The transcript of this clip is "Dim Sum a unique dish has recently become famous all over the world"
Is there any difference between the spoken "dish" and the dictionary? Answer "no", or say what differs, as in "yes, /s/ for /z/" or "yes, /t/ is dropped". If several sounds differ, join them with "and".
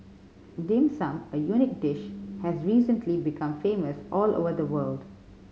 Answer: no